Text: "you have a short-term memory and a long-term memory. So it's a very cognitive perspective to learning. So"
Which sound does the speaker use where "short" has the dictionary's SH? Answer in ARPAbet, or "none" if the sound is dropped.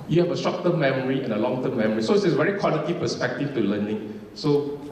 S